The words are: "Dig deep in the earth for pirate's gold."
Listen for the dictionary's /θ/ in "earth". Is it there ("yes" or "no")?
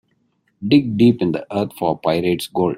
no